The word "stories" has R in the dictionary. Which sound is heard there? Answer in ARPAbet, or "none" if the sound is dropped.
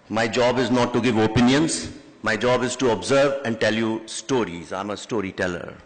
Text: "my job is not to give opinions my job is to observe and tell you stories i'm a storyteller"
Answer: R